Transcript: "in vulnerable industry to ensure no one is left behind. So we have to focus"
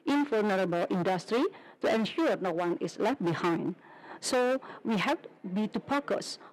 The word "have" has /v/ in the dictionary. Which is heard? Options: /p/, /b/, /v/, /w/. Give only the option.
/b/